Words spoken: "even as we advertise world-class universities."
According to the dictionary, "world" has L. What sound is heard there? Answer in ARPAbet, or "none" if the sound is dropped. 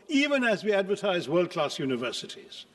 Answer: L